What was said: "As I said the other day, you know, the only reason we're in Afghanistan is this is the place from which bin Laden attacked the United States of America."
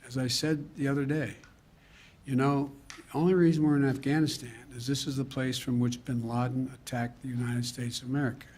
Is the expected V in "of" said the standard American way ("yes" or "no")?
yes